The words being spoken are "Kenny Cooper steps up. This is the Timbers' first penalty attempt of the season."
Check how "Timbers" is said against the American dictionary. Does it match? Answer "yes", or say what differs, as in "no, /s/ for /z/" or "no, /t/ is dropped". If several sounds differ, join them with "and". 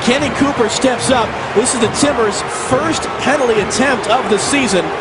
no, /b/ is dropped